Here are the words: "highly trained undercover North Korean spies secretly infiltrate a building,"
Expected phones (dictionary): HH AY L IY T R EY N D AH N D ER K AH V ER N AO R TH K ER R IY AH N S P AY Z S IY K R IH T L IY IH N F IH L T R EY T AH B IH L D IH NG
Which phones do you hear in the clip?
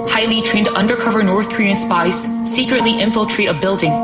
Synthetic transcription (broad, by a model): HH AY L IY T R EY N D AH N D ER K AH V ER N AO R TH K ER R IY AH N S P AY S IY K R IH T L IY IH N F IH L T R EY T AH B IH L D IH NG